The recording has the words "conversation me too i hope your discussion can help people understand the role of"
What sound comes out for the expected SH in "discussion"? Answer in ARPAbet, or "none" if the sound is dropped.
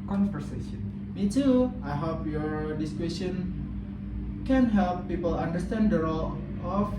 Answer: S